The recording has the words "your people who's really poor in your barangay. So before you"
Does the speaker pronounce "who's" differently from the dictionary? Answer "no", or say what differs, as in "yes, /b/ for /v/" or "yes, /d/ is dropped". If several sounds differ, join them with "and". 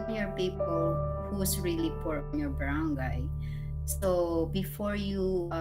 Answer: yes, /s/ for /z/